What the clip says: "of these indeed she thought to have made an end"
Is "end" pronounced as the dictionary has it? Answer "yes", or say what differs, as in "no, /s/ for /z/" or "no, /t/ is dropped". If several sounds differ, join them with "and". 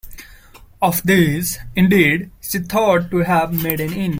no, /d/ is dropped